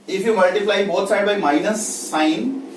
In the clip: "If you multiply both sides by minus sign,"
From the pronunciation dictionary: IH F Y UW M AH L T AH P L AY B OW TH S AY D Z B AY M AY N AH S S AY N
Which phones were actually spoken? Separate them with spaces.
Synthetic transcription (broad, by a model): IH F Y UW M AH L T AH P L AY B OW T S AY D B AY M AY N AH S S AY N